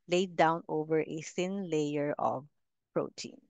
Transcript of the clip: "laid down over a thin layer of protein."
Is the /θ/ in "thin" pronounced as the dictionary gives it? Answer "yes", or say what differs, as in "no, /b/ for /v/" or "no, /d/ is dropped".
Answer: no, /s/ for /θ/